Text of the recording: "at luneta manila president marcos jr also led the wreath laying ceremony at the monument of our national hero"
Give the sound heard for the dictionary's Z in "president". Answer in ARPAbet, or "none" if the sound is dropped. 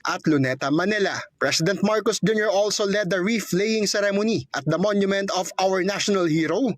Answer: S